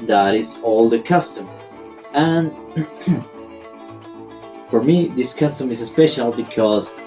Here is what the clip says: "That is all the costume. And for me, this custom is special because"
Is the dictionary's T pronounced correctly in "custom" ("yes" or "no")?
yes